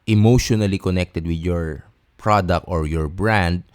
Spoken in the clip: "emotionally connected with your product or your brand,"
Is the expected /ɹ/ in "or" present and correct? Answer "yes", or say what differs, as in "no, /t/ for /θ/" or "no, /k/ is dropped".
yes